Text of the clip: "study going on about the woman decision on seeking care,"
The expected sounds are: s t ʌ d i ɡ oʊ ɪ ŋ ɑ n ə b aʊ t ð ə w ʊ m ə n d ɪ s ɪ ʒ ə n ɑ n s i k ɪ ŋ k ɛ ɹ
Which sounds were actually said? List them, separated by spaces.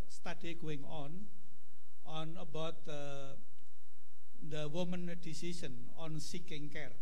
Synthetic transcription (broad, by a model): s t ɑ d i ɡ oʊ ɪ ŋ ɑ n ə b aʊ t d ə w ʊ m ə n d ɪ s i s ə n ɑ n s i k ɪ ŋ k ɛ ɹ